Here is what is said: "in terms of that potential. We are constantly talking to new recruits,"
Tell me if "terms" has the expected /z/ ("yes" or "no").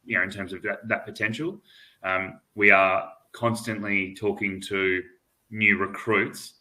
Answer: yes